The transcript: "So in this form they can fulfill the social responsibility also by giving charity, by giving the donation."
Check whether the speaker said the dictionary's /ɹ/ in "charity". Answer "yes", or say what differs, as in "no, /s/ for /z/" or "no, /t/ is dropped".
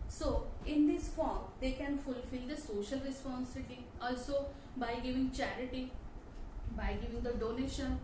yes